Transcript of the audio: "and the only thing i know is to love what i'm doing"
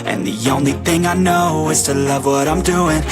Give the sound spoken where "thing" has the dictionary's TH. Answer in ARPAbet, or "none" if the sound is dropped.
TH